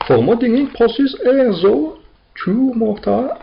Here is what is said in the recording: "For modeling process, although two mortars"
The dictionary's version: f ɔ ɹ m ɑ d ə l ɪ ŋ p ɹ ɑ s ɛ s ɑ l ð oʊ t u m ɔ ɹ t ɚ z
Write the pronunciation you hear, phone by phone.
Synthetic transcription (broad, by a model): f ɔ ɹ m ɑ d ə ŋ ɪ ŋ p ɑ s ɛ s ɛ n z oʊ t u m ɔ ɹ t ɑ